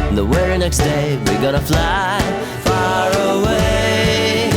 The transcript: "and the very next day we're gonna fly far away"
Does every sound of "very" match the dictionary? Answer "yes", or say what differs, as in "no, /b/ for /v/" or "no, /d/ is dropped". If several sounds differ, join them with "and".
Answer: no, /w/ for /v/